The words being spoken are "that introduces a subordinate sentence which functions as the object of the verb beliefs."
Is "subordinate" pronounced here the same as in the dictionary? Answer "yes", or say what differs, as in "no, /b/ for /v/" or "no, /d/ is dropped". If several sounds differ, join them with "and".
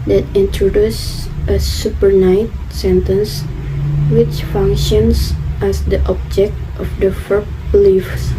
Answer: no, /n/ is dropped